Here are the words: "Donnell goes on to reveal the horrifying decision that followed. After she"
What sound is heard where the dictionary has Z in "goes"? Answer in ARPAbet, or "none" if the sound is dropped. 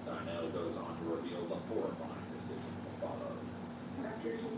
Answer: Z